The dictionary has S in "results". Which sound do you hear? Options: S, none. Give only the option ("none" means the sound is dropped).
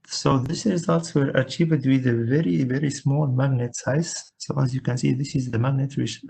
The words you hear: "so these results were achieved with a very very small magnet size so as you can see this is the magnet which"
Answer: S